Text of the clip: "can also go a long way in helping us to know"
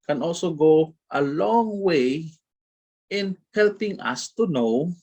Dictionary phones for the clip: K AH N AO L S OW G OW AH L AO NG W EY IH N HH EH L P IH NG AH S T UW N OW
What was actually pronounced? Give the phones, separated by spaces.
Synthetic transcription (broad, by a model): K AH N AO L S OW G OW AH L AO NG W EY IH N HH EH L P IH NG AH S T UW N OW